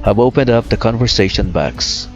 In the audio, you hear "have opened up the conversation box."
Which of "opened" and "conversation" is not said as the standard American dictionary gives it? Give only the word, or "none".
none